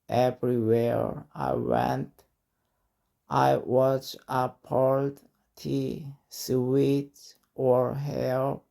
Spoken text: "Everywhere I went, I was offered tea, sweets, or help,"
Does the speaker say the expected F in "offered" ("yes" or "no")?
no